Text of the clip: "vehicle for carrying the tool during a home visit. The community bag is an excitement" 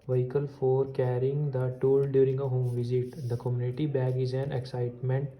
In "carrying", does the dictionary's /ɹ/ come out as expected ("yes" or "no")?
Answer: yes